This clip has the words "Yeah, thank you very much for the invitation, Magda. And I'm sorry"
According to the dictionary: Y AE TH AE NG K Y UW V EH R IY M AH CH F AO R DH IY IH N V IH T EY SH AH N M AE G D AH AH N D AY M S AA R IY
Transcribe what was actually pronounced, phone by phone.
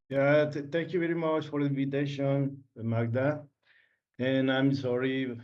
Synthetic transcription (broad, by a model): Y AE T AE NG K Y UW V EH R IY M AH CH F AO R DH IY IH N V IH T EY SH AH N M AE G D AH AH N AY M S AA R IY